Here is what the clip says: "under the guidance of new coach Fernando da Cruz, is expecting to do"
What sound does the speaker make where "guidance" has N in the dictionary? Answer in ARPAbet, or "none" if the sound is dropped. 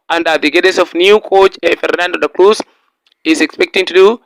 none